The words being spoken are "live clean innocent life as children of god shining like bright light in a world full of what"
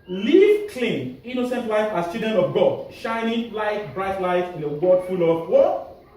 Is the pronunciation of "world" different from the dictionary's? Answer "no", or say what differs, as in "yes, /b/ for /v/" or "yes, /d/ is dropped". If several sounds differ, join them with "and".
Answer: yes, /l/ is dropped